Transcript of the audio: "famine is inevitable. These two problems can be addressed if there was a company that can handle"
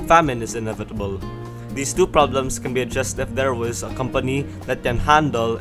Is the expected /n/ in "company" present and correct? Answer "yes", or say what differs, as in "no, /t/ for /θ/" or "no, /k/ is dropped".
yes